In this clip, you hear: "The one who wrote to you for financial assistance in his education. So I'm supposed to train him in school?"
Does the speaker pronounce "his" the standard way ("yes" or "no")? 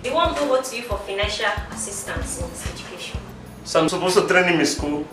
no